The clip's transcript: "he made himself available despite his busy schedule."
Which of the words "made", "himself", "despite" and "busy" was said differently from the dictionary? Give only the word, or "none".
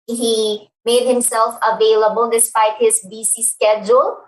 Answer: busy